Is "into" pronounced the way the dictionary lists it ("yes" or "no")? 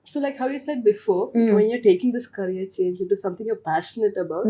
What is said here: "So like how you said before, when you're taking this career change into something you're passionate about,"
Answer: yes